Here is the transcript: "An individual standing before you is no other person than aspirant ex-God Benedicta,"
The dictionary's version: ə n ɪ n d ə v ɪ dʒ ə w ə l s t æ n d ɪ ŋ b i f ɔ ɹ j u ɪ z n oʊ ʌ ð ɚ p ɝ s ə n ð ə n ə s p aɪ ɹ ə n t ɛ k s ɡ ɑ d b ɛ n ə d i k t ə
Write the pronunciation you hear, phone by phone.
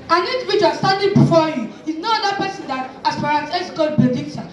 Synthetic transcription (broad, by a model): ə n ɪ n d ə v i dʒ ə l s t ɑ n d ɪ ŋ b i f ɔ j u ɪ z n oʊ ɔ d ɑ p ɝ s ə n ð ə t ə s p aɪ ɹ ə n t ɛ s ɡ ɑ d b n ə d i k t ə